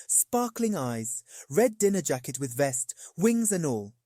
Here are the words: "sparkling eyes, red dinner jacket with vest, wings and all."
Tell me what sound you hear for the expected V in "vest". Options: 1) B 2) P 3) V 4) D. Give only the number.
3